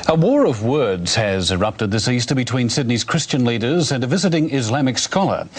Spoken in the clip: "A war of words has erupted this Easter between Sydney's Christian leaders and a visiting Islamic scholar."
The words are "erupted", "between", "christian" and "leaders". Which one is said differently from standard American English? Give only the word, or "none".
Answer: none